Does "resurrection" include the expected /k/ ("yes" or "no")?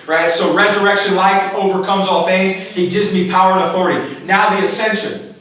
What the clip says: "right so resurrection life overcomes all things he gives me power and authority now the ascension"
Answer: yes